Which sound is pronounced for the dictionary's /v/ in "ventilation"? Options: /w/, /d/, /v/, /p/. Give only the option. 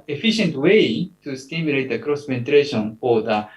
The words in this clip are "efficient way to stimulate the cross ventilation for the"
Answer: /p/